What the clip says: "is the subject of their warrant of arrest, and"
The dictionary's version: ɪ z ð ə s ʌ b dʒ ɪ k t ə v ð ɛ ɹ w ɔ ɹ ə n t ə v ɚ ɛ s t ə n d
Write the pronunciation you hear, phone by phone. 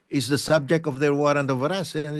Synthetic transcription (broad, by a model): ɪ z ð ə s ʌ b dʒ ɪ k t ə v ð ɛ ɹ w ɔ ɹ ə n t ə v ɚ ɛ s ə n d